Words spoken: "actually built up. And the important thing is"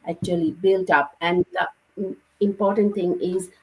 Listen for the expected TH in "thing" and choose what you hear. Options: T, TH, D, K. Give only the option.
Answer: T